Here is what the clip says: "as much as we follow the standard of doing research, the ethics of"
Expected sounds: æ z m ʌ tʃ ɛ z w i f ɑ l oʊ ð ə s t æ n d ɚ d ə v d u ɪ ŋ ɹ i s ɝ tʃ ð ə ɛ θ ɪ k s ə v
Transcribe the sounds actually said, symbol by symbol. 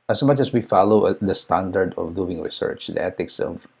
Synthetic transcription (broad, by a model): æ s m ʌ tʃ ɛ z w i f ɑ l oʊ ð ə s t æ n d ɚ d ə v d u ɪ ŋ ɹ i s ɝ tʃ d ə ɛ t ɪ k s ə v